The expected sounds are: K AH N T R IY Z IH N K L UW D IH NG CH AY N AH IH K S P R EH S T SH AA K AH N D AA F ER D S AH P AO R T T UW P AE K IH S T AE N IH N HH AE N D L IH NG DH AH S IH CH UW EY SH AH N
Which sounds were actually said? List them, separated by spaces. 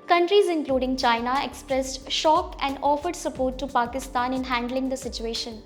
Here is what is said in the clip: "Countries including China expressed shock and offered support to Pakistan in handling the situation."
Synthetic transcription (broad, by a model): K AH N T R IY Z IH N K L UW D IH NG CH AY N AH IH K S P R EH S T SH AA K AH N D AA F ER D S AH P AO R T T UW P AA K IH S T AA N IH N HH AE N D L IH NG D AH S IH CH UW EY SH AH N